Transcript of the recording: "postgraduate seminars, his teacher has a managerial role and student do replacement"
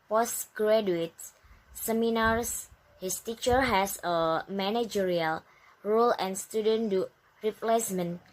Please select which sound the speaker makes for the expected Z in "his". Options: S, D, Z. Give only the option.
S